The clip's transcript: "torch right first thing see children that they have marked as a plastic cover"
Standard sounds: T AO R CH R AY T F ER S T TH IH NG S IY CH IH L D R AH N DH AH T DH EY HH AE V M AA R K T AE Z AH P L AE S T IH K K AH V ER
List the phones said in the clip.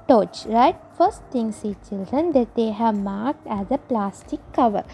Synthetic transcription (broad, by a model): T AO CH R AY T F ER S T T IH NG S IY CH IH L D R AH N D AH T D EY HH AE V M AA R K T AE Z AH P L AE S T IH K K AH V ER